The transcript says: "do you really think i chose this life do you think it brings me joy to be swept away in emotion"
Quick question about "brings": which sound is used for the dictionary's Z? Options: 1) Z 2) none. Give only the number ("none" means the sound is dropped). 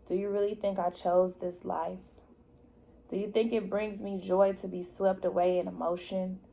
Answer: 1